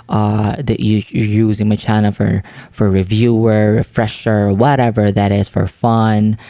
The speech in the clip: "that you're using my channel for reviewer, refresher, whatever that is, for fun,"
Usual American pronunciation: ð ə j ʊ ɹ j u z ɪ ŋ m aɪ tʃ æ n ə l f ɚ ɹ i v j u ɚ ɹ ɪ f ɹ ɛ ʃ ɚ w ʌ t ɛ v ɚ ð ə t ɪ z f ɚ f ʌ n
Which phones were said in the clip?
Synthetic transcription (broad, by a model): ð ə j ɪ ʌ j u z ɪ ŋ m aɪ tʃ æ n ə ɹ f ɚ ɹ i v j u ɚ ɹ ɪ f ɹ ɛ ʃ ɚ w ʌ t ɛ v ɚ ð ə t ɪ z f ɚ f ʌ n